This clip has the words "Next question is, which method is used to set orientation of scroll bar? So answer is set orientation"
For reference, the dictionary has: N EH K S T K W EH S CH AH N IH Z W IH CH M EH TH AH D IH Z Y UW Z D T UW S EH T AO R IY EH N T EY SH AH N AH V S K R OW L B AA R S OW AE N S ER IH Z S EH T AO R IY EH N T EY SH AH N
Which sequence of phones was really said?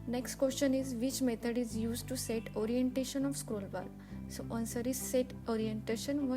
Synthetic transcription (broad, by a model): N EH K S T K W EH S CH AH N IH Z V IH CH M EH T AH D IH Z Y UW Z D T UW S EH T AO R IY EH N T EY SH AH N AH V S K R OW L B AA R S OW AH N S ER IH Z S EH T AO R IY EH N T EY SH AH N